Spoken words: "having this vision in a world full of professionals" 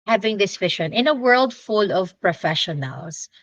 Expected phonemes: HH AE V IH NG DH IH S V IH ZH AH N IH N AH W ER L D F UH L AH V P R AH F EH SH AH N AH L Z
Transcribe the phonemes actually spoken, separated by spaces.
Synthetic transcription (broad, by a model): HH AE V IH NG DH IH S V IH SH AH N IH N AH W ER L D F UH L AH V P R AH F EH SH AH N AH L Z